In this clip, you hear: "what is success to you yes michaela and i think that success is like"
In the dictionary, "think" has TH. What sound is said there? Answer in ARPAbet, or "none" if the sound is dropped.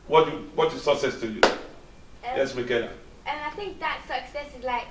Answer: TH